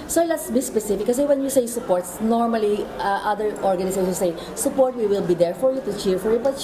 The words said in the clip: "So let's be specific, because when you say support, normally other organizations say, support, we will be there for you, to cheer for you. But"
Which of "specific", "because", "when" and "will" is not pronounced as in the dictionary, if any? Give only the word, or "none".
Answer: because